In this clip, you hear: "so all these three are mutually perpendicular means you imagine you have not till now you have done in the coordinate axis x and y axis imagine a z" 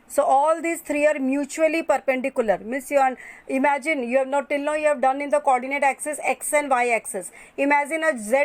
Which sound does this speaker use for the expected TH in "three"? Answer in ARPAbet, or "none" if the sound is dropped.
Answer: T